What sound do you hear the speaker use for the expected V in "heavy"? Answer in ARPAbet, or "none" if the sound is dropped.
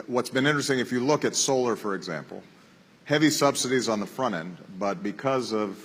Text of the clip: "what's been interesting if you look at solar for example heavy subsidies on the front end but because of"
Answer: V